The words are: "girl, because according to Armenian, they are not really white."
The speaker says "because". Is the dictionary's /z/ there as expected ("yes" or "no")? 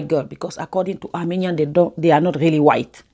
no